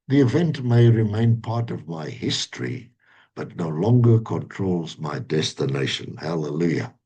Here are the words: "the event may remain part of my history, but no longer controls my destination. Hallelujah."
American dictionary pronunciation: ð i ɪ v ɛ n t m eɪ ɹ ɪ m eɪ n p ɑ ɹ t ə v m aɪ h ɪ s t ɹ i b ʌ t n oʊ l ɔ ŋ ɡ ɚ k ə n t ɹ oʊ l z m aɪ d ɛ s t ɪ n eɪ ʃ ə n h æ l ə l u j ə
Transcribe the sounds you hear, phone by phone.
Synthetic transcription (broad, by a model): ð i ɪ v ɛ n t m eɪ ɹ ɪ m eɪ n p ɑ ɹ t ə v m aɪ h ɪ s t ɹ i b ʌ t n oʊ l ɔ ŋ ɡ ɚ k ə n t ɹ oʊ l z m aɪ d ɛ s t ɪ n eɪ ʃ ə n h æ l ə l u j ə